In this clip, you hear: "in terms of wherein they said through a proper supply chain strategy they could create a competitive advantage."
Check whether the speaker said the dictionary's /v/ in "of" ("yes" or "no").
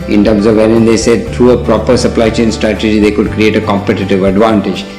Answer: yes